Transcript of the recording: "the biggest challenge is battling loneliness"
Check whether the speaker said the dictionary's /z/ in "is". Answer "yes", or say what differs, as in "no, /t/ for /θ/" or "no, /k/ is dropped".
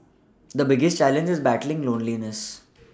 yes